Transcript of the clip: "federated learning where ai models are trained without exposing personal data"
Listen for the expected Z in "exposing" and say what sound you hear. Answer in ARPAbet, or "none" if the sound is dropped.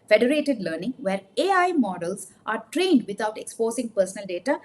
S